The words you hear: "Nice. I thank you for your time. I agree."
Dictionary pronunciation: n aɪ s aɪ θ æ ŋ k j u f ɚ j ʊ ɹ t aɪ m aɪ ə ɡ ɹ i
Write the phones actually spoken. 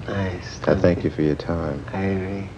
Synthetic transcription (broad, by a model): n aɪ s aɪ θ æ ŋ k j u f ɚ j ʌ ɹ t aɪ m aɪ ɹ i